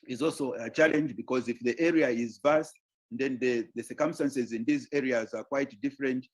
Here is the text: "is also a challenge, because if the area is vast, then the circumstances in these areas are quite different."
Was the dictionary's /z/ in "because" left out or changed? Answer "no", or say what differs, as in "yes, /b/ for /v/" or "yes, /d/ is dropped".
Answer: no